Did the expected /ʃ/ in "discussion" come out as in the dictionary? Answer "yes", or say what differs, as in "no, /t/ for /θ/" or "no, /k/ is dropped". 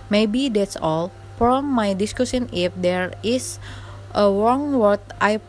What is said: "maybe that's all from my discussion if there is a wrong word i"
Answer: no, /s/ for /ʃ/